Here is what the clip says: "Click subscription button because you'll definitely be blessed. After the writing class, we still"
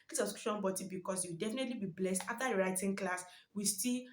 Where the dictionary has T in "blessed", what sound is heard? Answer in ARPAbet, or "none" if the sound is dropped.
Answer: T